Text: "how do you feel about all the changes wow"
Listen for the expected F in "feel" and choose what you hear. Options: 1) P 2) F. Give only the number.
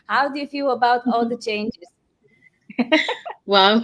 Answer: 2